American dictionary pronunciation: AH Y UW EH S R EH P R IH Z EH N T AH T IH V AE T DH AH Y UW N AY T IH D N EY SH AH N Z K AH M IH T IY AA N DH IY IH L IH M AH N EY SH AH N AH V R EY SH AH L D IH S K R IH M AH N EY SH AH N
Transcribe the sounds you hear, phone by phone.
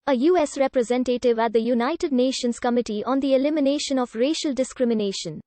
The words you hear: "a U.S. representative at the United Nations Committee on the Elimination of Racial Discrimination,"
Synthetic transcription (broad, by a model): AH Y UW EH S R EH P R IH Z EH N T AH T IH V AE T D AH Y UW N AY T IH D N EY SH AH N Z K AH M IH T IY AA N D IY IH L IH M AH N EY SH AH N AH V R EY SH AH L D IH S K R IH M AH N EY SH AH N